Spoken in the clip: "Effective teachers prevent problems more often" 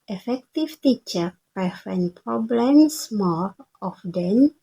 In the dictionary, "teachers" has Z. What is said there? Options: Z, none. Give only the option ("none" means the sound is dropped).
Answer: none